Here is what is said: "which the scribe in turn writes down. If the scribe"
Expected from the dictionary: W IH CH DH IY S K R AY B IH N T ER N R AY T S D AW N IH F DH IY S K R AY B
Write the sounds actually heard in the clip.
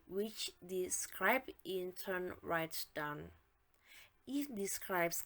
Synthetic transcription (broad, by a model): W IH CH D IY S K R AY B IH N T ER N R AY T D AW N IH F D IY S K R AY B